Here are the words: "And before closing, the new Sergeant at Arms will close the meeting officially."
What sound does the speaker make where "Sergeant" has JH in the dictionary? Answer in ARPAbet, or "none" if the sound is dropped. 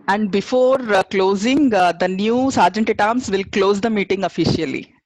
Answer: JH